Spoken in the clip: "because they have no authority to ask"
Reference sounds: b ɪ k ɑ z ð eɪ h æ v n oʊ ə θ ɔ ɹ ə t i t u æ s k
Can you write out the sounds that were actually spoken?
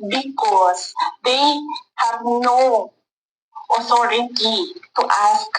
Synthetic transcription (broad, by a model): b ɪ k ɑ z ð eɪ h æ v n oʊ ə s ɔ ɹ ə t i t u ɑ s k